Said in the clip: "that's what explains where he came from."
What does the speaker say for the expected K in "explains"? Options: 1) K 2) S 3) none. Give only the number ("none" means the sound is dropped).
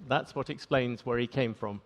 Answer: 1